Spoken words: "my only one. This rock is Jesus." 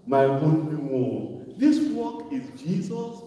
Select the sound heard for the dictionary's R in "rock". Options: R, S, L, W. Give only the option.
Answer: W